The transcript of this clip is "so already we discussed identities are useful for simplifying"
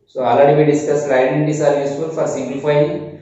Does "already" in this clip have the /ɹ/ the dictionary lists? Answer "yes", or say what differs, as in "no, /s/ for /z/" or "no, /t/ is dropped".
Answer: no, /ɹ/ is dropped